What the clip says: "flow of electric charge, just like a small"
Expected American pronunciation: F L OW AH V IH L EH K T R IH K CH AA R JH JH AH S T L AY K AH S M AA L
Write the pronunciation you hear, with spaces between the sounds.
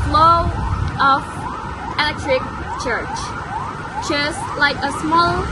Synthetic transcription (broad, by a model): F L OW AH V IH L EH T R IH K CH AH R CH JH AH S T L AY K AH S M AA L